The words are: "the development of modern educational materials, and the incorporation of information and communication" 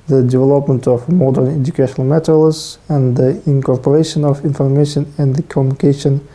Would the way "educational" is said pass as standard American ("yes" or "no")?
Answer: yes